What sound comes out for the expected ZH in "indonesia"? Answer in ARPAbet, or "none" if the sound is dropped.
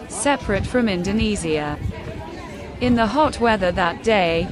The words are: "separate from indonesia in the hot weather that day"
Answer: Z